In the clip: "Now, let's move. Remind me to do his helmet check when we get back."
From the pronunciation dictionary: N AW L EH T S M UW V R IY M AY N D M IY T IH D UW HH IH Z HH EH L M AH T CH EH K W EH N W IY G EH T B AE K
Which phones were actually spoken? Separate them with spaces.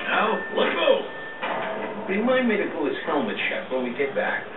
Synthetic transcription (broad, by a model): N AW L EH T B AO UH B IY M AY N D M IY T IH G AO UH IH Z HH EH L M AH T SH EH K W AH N W IY G EH T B AE K